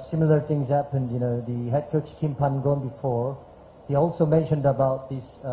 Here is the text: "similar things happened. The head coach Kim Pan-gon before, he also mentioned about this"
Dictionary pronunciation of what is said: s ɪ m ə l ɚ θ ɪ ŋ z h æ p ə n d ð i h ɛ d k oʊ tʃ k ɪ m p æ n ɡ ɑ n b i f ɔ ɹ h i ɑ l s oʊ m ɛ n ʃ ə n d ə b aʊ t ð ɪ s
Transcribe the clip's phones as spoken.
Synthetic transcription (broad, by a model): s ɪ m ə l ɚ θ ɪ ŋ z h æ p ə n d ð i h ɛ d k oʊ tʃ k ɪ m p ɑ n ɡ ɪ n b i f ɔ ɹ h i ɑ l s oʊ m ɛ n ʃ ə n d ə b aʊ t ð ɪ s